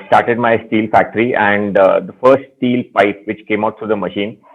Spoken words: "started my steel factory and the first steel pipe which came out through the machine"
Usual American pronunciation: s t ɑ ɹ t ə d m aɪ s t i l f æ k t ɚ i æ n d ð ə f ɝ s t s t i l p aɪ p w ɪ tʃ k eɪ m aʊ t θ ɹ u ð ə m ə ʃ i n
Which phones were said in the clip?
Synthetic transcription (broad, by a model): s t ɑ ɹ t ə d m aɪ s t i l f æ k t ɚ i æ n d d ə f ɝ s t s t i l p aɪ p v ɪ tʃ k eɪ m aʊ t t ɹ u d ə m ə ʃ i n